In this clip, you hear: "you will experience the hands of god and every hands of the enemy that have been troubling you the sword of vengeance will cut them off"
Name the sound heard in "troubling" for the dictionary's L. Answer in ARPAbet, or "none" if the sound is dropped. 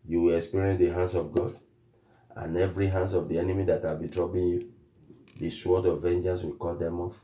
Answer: none